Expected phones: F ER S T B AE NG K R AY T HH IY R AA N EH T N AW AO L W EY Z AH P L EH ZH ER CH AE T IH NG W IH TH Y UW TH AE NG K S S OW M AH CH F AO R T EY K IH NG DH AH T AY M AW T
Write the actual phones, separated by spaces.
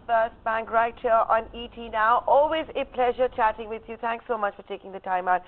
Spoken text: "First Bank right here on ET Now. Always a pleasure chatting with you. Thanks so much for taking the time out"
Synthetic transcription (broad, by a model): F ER S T B AE NG K R AY T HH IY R AA N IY T N AW AO L W EY Z AH P L EH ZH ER CH AE T IH NG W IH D Y UW T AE NG K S S OW M AH CH F AO R T EY K IH NG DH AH T AY M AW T